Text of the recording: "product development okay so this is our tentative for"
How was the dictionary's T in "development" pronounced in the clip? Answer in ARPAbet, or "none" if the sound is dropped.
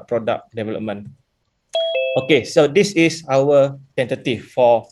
none